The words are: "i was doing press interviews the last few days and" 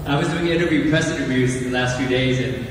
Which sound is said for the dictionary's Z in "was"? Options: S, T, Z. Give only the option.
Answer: Z